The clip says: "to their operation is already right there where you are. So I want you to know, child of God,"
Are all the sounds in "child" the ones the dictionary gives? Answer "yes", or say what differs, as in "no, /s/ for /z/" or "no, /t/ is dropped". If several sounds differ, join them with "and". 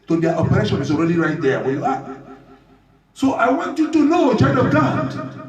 no, /n/ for /l/